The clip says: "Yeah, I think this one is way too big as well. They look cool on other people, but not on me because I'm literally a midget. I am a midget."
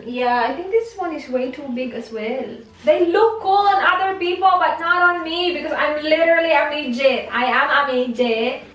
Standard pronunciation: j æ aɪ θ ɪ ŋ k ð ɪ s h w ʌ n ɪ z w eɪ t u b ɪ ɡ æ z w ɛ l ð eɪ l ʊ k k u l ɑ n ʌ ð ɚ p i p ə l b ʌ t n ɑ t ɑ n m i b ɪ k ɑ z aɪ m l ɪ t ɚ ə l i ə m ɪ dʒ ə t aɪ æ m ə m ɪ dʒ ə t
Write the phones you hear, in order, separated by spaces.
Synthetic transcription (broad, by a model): j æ aɪ t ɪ ŋ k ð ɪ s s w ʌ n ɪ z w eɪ t u b ɪ ɡ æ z w ɛ l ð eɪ l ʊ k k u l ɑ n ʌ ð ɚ p i p ə l b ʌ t n ɑ t ɑ n m i b ɪ k ɑ z aɪ m l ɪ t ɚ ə l i ə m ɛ dʒ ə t aɪ æ m ə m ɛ dʒ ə